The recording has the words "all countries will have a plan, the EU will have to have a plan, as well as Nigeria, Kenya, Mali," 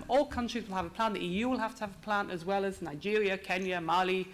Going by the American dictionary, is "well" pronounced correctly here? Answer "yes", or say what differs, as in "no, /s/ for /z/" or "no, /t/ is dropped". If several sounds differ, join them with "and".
yes